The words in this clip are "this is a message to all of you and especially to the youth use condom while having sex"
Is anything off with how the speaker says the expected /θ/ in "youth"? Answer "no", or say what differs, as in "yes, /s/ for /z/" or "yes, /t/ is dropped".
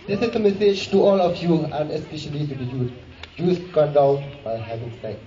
yes, /s/ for /θ/